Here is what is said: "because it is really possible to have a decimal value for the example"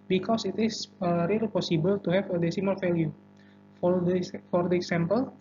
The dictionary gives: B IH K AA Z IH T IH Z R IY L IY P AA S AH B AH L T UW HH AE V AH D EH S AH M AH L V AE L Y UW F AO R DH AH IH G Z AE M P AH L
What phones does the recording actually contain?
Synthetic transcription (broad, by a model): B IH K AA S IH T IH S R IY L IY P AA S AH B AH L T UW HH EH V AH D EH S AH M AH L F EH L Y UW F AO R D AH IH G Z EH M P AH L